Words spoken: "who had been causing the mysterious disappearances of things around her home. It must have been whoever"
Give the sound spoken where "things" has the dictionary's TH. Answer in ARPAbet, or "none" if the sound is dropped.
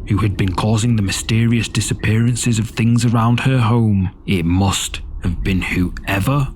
TH